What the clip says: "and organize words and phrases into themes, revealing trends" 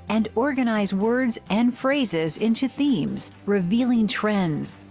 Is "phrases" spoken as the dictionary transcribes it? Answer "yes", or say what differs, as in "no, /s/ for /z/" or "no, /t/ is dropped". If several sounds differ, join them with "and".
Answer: yes